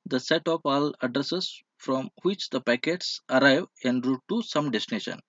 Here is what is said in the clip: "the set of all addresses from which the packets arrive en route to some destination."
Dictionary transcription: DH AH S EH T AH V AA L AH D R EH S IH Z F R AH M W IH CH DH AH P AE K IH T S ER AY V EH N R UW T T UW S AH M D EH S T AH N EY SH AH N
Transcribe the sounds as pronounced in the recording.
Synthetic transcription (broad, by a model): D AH S EH T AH P AA L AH D R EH S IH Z F R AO M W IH CH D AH P AE K IH T S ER AY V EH N R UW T T UW S AH M D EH S T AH N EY SH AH N